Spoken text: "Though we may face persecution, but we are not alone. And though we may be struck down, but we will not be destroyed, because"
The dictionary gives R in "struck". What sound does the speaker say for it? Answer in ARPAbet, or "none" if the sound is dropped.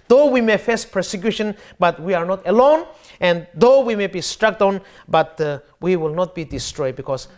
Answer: R